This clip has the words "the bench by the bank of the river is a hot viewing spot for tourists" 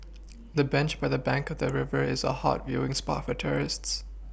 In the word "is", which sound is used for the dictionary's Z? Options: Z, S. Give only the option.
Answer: Z